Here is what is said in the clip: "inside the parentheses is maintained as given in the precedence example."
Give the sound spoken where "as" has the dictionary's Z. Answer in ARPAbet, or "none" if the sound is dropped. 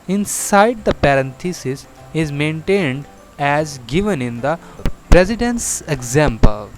Z